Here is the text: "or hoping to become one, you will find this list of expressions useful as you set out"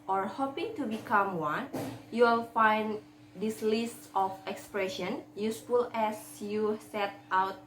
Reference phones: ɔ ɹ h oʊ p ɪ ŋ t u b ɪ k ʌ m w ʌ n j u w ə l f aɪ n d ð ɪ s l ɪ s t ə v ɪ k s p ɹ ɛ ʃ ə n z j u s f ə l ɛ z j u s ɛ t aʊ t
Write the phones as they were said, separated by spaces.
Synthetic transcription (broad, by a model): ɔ ɹ h oʊ p ɪ ŋ t u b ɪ k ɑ m w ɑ n j u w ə l f aɪ n d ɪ s l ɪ s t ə f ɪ k s p ɹ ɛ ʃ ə n j u s f ə l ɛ s j u s ɛ t aʊ t